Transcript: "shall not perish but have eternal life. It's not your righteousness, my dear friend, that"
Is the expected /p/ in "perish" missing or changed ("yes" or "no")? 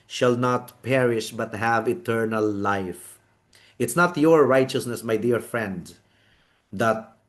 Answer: no